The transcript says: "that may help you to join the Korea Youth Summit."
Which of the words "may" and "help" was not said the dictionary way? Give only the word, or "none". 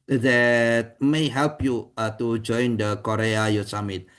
none